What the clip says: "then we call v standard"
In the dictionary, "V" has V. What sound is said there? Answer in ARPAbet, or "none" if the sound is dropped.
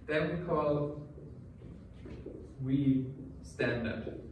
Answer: W